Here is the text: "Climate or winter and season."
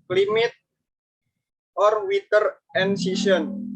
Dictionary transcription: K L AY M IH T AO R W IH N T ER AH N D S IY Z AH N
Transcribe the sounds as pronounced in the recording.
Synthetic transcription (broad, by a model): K L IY M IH T AO R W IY T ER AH N S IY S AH N